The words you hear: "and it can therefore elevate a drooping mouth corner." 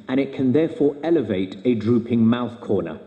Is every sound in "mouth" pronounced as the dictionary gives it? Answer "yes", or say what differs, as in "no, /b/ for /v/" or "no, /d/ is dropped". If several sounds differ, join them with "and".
yes